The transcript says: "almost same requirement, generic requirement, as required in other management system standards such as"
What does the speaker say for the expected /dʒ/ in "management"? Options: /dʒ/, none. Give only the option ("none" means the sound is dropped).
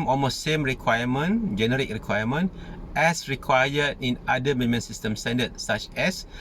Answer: none